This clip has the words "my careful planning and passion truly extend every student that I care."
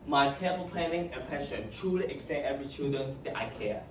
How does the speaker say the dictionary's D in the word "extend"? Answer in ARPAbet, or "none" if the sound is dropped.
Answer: none